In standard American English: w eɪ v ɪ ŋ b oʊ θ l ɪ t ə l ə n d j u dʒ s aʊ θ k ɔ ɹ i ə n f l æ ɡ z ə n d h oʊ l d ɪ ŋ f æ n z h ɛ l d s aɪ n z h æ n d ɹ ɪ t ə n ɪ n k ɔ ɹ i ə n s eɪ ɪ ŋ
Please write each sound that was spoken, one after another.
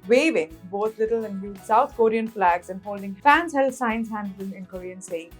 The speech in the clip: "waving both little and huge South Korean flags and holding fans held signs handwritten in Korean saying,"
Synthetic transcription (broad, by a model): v eɪ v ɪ ŋ b oʊ t l ɪ t ə l ə n d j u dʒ s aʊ t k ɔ ɹ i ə n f l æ ɡ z ə n d h oʊ l d ɪ ŋ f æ n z h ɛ l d s aɪ n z h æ n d l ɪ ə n ɪ n k ɔ ɹ i ə n s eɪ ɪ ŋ